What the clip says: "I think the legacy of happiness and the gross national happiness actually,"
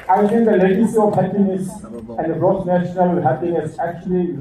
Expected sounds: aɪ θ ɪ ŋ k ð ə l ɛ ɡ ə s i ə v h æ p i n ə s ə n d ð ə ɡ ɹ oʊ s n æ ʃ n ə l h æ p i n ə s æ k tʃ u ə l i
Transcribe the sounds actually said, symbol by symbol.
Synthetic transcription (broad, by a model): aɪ t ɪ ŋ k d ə l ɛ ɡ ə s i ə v h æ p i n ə s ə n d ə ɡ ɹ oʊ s n æ ʃ n ə l h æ p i n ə s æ k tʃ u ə l i